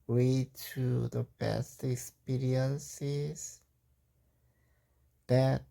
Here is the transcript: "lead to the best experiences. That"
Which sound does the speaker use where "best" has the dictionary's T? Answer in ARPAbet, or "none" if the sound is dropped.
T